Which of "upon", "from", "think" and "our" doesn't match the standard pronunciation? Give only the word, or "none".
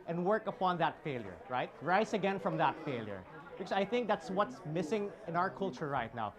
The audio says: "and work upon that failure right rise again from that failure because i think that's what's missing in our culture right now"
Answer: none